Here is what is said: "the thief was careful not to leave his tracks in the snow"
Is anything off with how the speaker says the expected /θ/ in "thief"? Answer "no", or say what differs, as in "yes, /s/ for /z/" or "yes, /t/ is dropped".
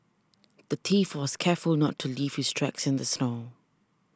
yes, /t/ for /θ/